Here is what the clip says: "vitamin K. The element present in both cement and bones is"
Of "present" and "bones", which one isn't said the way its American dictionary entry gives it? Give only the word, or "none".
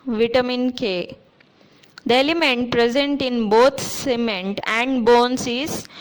bones